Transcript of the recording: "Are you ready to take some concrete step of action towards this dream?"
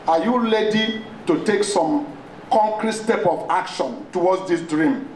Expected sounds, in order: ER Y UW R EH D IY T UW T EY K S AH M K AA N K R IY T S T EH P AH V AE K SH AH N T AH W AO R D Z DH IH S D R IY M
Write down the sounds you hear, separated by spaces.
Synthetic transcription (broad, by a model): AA Y UW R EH D IY T UW T EY K S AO M K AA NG K R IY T S T EH P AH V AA K SH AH N T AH W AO D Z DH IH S D R IY M